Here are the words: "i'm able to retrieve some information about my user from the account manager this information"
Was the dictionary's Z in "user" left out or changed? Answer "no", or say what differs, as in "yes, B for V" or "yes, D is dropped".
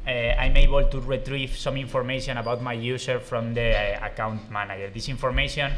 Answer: yes, S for Z